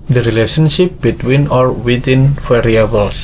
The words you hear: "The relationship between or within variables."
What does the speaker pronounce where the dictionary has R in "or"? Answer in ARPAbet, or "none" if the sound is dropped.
R